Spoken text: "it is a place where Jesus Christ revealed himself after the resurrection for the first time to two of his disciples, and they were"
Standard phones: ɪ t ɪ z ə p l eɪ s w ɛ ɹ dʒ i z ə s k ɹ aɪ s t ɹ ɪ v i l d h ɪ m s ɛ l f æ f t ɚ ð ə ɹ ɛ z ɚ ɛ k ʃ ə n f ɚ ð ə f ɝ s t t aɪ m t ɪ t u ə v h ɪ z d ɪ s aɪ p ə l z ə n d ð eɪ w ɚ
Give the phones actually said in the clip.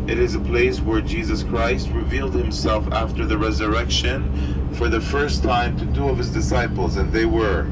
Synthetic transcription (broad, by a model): ɪ t ɪ z ə p l eɪ s w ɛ ɹ dʒ i z ə s k ɹ aɪ s t ɹ ɪ v i l d h ɪ m s ɛ l f æ f t ɚ ð ə ɹ ɛ z ɚ ɛ k ʃ ə n f ɚ ð ə f ɝ s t t aɪ m t ɪ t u ə v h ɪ z d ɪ s aɪ p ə l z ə n ð eɪ w ɚ